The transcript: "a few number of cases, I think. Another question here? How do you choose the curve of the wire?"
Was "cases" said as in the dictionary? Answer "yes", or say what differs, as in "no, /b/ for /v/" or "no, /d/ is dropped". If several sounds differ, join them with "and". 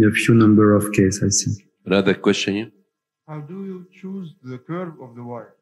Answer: no, /s/ is dropped